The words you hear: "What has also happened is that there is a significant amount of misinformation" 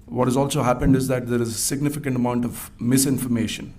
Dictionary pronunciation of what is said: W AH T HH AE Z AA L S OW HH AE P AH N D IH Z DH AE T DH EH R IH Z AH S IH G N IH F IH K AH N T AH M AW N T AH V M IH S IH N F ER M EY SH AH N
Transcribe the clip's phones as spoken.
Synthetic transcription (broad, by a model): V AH T HH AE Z AA L S OW HH AE P AH N D IH Z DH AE T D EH R IH Z AH S IH G N IH F IH K AH N T AH M AW N T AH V M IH S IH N F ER M EY SH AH N